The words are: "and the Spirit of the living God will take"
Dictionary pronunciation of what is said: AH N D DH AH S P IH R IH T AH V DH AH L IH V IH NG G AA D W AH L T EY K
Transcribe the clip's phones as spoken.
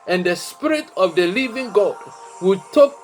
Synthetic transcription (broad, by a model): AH N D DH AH S P IH R IH T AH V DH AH L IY V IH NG G AA D W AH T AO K